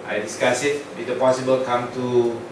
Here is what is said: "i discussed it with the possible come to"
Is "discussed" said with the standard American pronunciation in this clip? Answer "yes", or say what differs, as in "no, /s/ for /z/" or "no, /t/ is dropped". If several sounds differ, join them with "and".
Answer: no, /t/ is dropped